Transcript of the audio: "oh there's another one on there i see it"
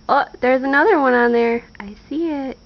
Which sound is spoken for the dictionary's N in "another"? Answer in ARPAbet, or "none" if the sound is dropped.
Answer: N